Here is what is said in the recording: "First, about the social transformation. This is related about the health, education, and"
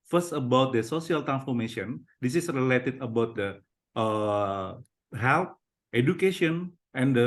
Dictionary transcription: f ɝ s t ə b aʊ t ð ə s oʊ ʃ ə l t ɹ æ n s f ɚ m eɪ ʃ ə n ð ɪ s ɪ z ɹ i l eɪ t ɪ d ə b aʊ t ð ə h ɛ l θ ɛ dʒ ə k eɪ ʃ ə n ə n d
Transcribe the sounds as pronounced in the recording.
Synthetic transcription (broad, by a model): f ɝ s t ə b aʊ t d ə s oʊ s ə l t ɹ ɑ n s f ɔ m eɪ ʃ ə n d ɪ s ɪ s ɹ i l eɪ t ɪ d ə b aʊ t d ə h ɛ l t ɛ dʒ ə k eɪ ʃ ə n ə n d